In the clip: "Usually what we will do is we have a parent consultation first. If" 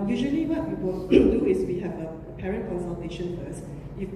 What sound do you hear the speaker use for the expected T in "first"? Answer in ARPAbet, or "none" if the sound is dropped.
none